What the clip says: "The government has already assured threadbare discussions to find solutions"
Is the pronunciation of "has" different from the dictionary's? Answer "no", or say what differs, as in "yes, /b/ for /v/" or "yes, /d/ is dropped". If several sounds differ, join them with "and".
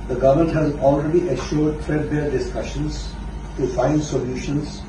no